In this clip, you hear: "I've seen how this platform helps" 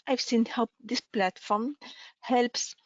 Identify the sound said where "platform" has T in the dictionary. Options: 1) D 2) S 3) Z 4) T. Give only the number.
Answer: 4